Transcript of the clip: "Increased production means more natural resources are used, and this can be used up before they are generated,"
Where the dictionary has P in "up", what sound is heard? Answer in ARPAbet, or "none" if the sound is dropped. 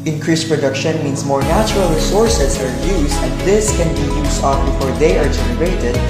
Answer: F